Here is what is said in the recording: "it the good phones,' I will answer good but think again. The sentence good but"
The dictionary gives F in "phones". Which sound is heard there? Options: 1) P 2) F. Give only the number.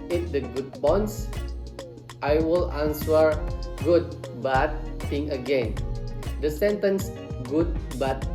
1